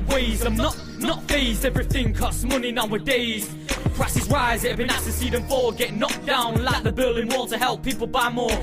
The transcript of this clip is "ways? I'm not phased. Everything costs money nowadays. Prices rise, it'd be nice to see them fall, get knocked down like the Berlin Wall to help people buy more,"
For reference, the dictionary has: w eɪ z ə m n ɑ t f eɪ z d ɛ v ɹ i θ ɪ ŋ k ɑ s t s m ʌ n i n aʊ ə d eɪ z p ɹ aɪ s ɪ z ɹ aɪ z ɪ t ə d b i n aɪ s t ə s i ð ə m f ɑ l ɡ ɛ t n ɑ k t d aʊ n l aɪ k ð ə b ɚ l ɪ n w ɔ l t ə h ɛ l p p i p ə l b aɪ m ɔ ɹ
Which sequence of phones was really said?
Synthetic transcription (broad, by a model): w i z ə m n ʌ t f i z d ɛ v ɹ i θ ɪ ŋ k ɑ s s m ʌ n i n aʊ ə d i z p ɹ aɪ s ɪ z ɹ aɪ z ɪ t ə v b i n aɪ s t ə s i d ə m f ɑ w ɡ ɛ t n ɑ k d aʊ n l aɪ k ð ə b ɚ l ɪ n w ɔ l t ə h ɛ l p p i p ə l b aɪ m ɔ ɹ